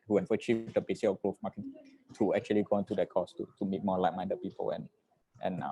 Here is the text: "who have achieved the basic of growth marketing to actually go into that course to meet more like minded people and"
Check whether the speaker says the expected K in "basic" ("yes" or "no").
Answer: no